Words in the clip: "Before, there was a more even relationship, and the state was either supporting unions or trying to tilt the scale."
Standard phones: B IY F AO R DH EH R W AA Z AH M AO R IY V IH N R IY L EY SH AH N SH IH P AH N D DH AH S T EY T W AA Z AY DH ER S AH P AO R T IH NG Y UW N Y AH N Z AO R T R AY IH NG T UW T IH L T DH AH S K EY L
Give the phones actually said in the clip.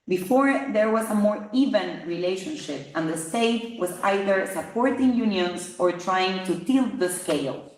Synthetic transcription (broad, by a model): B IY F AO R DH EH R W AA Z AH M AO R IY V IH N R IY L EY SH AH N SH IH P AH N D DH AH S T EY T W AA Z AY DH ER S AH P AO R T IH NG Y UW N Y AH N S AO R T R AY IH NG T UW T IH L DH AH S K EY L